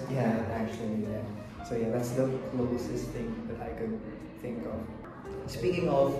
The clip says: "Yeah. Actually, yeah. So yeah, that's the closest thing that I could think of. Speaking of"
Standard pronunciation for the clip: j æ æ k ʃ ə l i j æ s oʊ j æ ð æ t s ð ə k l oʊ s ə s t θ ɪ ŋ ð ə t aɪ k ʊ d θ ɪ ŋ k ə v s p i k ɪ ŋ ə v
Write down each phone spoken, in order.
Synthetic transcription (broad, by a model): j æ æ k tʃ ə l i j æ s oʊ j æ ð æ t s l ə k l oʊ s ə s θ ɪ ŋ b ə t aɪ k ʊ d θ ɪ ŋ k ə v s p i k ɪ ŋ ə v